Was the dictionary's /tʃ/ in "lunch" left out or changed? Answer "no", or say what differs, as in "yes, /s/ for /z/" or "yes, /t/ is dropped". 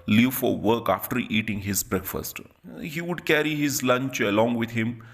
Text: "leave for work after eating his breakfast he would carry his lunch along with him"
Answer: no